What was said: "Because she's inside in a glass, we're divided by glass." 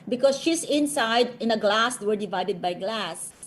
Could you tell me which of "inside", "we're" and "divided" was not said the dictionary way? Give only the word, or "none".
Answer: none